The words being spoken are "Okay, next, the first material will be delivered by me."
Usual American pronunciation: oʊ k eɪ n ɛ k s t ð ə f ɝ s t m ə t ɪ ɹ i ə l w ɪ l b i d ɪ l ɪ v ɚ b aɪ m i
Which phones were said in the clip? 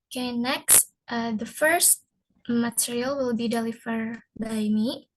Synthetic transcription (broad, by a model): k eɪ n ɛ k s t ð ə f ɝ s t m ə t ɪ ɹ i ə l w ɪ l b i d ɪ l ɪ f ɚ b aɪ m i